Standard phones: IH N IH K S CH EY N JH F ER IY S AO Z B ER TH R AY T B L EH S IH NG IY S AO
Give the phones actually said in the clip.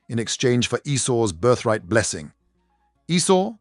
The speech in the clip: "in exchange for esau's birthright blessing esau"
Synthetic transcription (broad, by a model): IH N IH K S CH EY N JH F ER IY S AO Z B ER TH R AY T B L EH S IH NG IY S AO